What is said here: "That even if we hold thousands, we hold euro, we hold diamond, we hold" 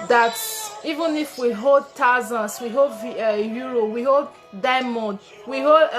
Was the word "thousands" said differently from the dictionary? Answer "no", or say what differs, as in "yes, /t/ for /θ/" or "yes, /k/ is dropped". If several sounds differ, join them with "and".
yes, /t/ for /θ/ and /s/ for /z/